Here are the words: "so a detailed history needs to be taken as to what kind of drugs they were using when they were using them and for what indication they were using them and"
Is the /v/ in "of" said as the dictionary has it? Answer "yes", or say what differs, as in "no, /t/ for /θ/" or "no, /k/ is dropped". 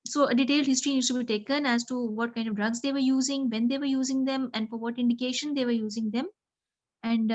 yes